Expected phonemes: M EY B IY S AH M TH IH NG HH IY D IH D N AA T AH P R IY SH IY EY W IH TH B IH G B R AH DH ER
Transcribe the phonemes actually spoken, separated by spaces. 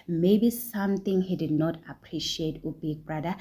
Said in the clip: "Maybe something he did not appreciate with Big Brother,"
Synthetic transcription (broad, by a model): M EY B IY S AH M T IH NG HH IY D IH D N AA T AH P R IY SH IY EY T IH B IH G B R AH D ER